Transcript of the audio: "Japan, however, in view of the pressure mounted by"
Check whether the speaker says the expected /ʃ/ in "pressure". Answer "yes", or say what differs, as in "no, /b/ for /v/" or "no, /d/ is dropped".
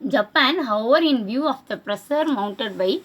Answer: no, /s/ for /ʃ/